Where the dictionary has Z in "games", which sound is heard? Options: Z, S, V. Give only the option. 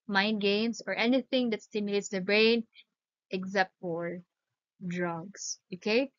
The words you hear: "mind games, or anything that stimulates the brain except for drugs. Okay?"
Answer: S